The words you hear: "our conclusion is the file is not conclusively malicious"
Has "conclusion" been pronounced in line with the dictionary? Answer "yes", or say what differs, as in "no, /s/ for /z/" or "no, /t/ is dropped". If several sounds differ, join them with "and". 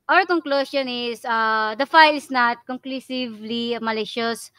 no, /s/ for /ʒ/